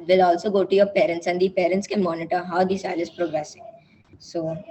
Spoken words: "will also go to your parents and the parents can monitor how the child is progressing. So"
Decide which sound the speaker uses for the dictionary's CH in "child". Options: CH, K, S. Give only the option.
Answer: S